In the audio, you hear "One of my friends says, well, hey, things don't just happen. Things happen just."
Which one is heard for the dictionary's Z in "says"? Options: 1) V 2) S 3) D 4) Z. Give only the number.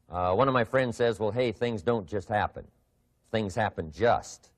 4